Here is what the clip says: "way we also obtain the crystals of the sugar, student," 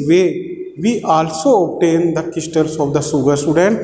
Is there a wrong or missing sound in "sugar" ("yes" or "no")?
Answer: yes